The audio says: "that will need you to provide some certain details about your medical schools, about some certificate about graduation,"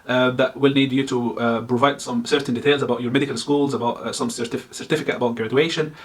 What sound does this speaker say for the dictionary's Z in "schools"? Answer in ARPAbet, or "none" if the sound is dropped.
Z